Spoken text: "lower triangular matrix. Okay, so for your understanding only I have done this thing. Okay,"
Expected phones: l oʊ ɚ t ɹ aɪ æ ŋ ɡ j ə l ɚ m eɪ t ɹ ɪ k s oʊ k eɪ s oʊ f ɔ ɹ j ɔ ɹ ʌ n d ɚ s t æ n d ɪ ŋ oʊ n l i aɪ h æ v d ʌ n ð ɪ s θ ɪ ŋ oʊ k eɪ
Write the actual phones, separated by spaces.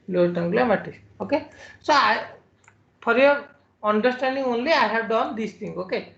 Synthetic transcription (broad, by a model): l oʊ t aɪ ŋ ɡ l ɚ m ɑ t ɪ s oʊ k eɪ s oʊ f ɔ ɹ j ɔ ɹ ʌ n d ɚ s t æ n d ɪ ŋ oʊ n l i aɪ h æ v d ʌ n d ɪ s t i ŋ oʊ k eɪ